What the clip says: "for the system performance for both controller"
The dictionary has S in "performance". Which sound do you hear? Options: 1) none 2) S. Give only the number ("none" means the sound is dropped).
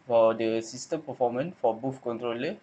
1